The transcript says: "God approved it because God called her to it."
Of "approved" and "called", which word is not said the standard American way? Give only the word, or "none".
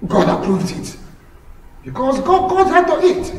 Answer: called